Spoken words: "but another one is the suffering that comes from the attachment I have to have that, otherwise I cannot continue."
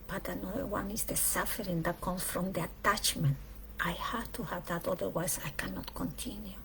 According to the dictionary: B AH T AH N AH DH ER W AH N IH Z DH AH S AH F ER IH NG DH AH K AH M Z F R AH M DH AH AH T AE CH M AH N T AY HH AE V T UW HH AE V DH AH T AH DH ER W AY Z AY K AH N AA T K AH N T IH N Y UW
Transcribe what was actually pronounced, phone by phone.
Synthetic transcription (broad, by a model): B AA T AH N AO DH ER W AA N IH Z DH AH S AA F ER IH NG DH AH K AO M F R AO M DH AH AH T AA CH M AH N T AY HH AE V T UW HH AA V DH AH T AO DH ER W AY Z AY K AH N AA T K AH N T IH N Y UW